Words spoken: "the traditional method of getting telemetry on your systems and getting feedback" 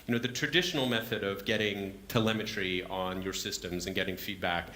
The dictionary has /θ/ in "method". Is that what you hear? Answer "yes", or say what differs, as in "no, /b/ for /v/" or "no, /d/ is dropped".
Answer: yes